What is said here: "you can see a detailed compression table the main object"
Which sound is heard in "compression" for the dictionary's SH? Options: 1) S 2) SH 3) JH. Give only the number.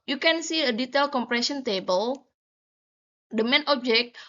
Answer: 1